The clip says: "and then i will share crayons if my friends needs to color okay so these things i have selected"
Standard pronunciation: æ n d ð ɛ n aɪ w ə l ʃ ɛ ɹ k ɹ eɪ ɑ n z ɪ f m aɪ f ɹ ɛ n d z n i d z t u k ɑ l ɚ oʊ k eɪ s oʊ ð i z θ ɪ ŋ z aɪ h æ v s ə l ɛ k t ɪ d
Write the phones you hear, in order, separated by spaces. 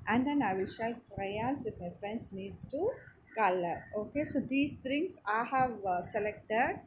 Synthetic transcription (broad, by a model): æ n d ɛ n aɪ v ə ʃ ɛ l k ɹ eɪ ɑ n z ɪ f m aɪ f ɹ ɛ n d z n i d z t u k ɑ l ɚ oʊ k eɪ s oʊ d i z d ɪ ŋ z aɪ h æ v s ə l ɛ k t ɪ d